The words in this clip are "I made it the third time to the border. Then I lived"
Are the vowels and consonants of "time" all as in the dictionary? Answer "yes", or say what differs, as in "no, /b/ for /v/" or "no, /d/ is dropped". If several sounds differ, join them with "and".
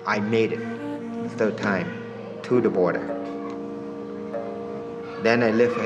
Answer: yes